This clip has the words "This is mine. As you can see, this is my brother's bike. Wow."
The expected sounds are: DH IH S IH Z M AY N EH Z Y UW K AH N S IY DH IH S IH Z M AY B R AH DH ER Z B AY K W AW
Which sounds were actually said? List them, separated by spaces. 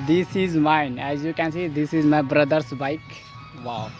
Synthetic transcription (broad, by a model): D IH S IH Z M AY N EH Z Y UW K AH N S IY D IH S IH Z M AY B R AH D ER S B AY K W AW